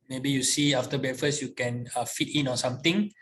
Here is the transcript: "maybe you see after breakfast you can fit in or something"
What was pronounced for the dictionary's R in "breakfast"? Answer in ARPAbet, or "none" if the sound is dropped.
none